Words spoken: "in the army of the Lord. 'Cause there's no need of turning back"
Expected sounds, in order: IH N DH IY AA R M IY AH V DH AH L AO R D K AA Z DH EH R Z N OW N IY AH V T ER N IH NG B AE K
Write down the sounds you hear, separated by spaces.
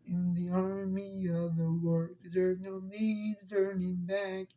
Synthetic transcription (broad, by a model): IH N DH IY AA R M IY AH V DH AH W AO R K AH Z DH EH R Z N OW N IY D T ER N IH NG B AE K